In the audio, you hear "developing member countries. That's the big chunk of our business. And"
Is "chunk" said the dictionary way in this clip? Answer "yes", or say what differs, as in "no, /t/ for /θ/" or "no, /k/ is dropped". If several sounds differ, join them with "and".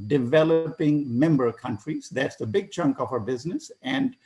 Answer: yes